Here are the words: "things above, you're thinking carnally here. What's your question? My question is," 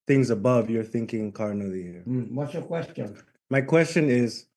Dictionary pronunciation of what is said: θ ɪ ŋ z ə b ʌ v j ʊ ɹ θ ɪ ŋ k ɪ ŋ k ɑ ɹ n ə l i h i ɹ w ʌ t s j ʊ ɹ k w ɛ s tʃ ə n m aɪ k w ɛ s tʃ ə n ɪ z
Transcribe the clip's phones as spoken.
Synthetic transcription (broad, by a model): θ ɪ ŋ z ə b ʌ v j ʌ ɹ θ ɪ ŋ k ɪ ŋ k ɑ ɹ n ə l i h i ɹ w ʌ t s j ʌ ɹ k w ɛ s tʃ ə n m aɪ k w ɛ s tʃ ə n ɪ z